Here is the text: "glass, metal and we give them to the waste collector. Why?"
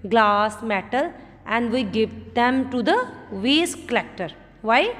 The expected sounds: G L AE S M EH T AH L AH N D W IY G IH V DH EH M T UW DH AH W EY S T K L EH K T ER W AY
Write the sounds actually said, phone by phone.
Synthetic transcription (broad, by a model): G L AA S M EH T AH L AH N D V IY G IH V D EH M T UW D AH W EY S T K L EH K T ER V AY